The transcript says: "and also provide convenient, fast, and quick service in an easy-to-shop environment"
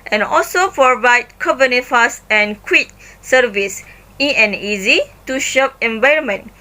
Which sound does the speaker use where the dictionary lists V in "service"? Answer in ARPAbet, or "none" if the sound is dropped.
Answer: V